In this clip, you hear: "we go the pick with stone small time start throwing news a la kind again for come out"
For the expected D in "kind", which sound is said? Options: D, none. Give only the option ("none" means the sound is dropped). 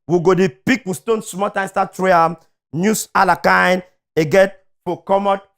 none